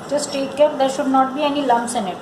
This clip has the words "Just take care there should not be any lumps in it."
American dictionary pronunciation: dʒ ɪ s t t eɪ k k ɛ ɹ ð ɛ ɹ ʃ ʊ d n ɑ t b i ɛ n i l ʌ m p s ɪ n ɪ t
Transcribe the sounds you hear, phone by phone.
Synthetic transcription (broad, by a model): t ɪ s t t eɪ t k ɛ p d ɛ ɹ ʃ ʊ d n ɑ t b i ɛ n i l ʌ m s ɪ n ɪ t